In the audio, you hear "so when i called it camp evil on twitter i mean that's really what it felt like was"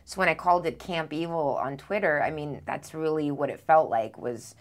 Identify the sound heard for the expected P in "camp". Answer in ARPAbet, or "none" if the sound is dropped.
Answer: P